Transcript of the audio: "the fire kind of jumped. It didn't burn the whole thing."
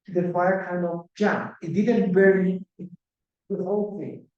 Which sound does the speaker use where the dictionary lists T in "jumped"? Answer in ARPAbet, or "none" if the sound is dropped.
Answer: none